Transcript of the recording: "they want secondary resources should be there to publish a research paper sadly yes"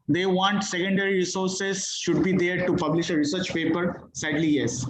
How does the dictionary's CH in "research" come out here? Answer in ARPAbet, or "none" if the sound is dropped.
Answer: CH